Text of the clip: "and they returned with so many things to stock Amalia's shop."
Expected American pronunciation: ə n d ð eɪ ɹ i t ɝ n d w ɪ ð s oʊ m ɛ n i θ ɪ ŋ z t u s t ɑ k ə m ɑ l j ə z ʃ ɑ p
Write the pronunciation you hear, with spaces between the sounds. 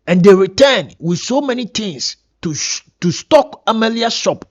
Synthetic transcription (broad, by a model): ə n d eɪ ɹ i t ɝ n w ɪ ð s oʊ m ɛ n i t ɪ ŋ s t u s t ɑ k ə m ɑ l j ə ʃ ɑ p